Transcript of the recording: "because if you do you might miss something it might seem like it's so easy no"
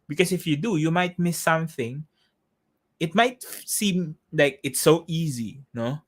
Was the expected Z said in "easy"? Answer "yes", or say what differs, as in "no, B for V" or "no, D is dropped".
yes